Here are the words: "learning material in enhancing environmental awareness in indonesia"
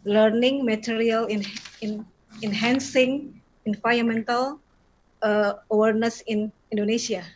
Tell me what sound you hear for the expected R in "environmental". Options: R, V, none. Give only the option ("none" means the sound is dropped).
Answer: none